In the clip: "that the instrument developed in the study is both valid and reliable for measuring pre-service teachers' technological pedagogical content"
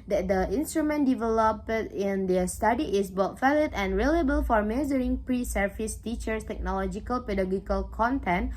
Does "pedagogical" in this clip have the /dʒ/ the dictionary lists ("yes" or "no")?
no